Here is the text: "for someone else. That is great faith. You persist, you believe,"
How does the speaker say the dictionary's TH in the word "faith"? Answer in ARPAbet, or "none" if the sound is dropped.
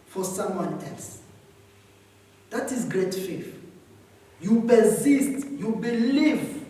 F